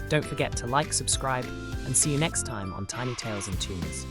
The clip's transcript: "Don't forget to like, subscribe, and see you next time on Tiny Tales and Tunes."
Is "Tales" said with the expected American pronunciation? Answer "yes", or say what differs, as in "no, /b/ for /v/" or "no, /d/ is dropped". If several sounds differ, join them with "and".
yes